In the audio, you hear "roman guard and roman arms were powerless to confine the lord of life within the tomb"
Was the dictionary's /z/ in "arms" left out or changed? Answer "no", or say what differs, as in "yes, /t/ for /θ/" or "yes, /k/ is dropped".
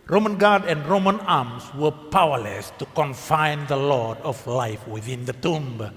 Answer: yes, /s/ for /z/